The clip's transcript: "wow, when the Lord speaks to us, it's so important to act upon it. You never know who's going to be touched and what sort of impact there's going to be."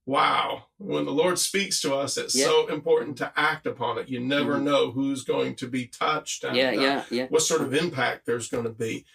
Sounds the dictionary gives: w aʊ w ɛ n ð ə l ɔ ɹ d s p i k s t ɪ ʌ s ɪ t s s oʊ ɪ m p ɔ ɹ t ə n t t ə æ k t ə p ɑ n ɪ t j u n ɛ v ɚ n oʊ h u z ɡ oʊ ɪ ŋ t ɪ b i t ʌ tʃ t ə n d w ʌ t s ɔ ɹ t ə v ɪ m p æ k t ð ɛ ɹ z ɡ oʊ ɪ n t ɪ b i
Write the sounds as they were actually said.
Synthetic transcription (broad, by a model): w aʊ w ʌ n ð ə l ɔ ɹ d s p i k s t ɪ ʌ s ɪ t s s oʊ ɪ m p ɔ ɹ t n t t æ k t ə p ɑ n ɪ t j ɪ n ɛ v ɚ n oʊ h u z ɡ oʊ ɪ ŋ t ɪ b i t ʌ tʃ t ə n w ʌ t s ɔ ɹ t ə v ɪ m p æ k t ð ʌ ɹ z ɡ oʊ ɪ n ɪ b i